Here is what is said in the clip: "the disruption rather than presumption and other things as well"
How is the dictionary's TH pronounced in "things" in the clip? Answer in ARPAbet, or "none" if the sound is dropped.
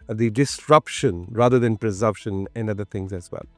T